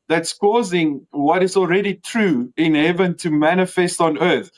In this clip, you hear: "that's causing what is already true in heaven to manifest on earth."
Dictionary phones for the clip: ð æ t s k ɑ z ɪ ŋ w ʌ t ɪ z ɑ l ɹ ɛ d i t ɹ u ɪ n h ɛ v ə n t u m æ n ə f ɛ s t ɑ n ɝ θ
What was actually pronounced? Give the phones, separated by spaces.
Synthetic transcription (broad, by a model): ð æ t s k ɑ z ɪ ŋ w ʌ t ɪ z ɑ l ɹ ɛ d i t ɹ u ɪ n h ɛ v ə n t u m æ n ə f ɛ s t ɑ n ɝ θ